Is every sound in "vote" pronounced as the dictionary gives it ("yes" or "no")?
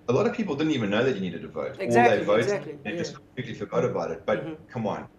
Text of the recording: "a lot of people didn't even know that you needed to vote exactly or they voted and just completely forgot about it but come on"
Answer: no